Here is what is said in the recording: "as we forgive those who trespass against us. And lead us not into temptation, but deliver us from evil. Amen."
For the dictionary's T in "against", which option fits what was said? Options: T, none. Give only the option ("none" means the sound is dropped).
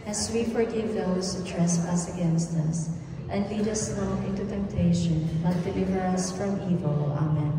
T